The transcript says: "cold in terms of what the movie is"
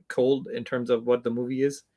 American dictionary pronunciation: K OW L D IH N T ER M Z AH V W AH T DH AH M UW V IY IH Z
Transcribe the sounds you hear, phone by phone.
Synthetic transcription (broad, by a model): K OW L D IH N T ER M Z AH V W AH T DH AH M UW V IY IH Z